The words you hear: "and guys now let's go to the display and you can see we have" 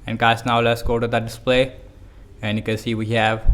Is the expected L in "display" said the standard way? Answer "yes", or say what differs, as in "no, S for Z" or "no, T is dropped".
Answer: yes